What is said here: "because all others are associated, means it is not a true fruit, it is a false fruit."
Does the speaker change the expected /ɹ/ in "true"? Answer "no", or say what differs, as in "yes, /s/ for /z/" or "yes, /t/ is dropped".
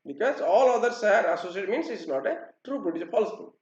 no